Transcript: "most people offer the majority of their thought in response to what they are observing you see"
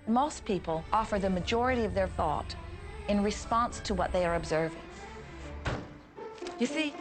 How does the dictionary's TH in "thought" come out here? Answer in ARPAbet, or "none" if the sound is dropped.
TH